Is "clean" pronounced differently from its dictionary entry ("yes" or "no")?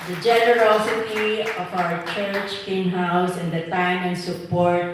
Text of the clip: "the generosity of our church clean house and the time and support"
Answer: yes